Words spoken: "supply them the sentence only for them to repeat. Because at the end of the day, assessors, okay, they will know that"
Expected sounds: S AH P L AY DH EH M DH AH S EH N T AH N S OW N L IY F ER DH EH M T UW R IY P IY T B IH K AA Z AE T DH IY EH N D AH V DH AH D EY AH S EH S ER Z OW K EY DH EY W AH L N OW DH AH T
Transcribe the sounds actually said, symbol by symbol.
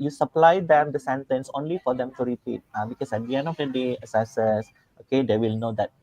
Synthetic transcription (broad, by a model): S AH P L AY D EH M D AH S EH N T AH N S OW N L IY F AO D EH M T UW R IY P IY T B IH K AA S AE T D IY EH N AH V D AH D EY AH S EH S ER S OW K EY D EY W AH L N OW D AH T